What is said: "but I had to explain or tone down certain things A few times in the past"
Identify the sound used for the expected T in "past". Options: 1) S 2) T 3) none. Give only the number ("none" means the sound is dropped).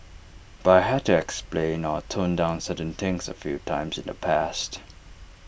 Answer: 2